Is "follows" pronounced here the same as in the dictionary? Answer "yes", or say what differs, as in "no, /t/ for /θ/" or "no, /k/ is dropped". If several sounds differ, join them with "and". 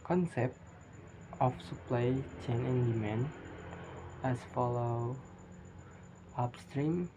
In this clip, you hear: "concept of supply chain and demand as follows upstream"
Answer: no, /z/ is dropped